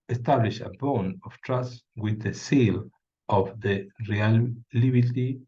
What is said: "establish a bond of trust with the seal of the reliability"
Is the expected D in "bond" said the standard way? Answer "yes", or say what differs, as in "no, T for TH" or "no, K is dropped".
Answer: no, D is dropped